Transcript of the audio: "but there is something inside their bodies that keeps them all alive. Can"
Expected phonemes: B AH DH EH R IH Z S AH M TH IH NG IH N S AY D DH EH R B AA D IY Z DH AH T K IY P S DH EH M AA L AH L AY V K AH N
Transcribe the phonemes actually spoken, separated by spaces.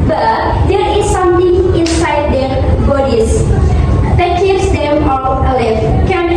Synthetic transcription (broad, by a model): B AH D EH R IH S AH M T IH NG IH N S AY D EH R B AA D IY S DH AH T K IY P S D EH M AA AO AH L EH F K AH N